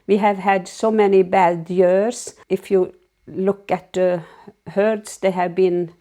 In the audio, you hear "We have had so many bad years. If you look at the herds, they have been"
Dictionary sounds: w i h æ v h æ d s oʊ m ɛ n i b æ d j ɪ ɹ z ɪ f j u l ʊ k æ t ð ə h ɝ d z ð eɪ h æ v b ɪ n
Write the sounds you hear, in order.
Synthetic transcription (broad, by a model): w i h æ v h æ d s oʊ m ɛ n i b æ d j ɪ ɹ s ɪ f j u l ʊ k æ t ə h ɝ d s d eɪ h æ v b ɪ n